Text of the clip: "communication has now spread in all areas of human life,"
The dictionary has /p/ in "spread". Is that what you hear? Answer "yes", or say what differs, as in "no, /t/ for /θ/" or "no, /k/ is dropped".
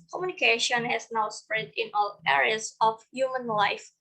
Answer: yes